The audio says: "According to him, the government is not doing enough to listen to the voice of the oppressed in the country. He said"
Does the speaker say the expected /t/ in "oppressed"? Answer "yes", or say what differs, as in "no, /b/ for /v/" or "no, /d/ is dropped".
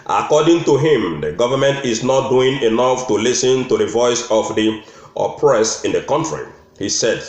no, /t/ is dropped